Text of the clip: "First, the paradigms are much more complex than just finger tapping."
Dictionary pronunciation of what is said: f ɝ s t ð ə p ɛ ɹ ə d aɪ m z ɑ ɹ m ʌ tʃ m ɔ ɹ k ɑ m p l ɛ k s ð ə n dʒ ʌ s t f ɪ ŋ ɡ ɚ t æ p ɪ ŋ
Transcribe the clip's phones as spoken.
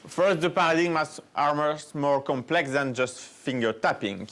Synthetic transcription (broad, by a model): f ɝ s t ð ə p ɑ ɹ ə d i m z ɑ ɹ m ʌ s m ɔ ɹ k ɑ m p l ɛ k s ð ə n dʒ ʌ s t f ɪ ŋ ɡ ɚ t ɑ p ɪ ŋ